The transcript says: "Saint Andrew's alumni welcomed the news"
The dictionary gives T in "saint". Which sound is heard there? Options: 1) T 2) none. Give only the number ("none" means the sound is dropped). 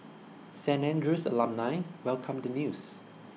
2